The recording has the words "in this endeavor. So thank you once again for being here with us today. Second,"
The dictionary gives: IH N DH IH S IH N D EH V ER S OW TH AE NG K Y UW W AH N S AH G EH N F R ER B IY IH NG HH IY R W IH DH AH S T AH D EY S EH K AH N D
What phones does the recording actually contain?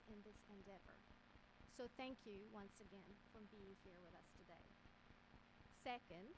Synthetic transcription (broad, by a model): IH N DH IH S IH N D EH V ER S OW TH AE NG K Y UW W AH N S AH G EH N F R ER B IY IH NG HH IY R W IH DH AH S T AH D EY S EH K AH N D